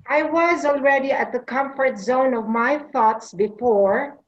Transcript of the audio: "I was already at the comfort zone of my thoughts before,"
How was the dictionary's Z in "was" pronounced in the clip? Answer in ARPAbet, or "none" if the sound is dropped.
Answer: Z